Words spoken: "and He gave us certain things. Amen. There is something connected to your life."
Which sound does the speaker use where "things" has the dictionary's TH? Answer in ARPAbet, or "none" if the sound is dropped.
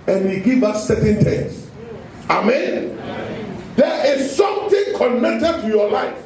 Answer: T